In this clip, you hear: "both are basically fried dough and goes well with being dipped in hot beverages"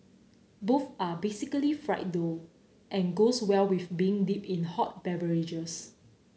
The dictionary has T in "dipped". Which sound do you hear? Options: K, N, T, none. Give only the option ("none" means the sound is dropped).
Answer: none